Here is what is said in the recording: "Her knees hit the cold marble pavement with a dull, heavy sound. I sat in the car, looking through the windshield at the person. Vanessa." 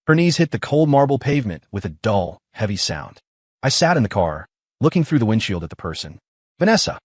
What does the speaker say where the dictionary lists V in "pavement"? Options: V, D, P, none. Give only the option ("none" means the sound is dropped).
V